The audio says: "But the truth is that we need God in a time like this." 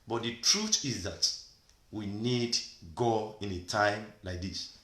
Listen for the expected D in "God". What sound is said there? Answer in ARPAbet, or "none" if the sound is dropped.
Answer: none